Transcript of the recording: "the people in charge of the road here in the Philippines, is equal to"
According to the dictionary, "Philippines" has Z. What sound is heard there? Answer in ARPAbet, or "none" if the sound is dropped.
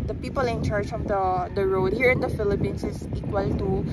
S